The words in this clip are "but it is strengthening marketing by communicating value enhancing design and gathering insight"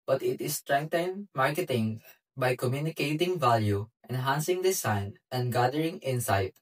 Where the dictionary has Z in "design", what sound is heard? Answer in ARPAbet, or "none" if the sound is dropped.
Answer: S